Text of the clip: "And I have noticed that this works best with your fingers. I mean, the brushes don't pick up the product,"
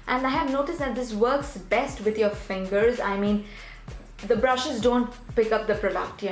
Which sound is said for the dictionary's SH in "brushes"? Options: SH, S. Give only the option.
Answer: SH